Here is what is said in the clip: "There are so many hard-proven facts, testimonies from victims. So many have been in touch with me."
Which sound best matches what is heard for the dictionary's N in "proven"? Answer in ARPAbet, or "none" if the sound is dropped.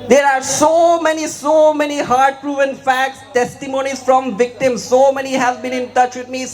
N